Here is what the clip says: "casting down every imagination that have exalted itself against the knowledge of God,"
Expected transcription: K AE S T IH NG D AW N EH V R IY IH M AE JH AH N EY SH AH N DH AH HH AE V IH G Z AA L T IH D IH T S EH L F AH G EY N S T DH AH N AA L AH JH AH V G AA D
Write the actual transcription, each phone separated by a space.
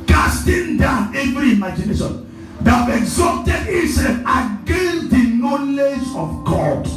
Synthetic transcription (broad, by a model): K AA S T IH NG D AW N EH V R IY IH M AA JH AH N EY SH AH N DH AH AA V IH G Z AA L T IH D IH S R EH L AH G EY N S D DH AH N AA L AH JH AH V G AA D